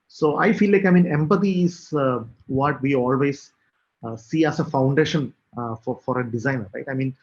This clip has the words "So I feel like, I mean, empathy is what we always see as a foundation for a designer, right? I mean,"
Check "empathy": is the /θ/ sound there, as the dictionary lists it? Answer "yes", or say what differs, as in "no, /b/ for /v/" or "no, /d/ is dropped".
no, /t/ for /θ/